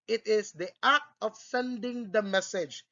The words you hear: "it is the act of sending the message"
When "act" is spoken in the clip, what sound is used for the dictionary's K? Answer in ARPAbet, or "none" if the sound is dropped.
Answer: none